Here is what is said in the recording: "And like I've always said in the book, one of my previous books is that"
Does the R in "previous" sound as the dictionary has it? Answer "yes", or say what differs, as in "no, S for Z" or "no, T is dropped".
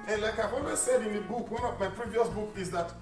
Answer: yes